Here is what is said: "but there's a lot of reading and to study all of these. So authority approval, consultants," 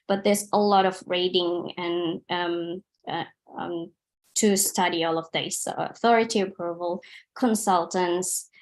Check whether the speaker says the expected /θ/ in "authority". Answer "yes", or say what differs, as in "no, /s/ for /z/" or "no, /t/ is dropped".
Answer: yes